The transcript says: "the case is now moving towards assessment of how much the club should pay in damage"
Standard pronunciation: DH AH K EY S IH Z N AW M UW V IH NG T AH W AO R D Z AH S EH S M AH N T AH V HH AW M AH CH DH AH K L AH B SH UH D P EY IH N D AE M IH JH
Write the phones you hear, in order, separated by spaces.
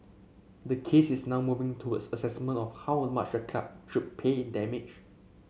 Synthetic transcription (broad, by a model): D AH K EY S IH S N AW M UW V IH NG T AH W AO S AH S EH S M AH N T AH F HH AW M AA CH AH K AA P SH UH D P EY IH N D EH M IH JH